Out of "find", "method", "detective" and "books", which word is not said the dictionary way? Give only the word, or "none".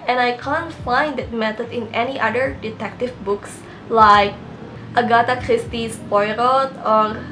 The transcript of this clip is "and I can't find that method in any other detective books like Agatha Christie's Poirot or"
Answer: method